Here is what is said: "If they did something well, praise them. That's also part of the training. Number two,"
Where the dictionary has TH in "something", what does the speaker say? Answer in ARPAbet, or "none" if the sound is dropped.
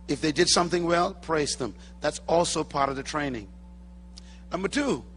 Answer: TH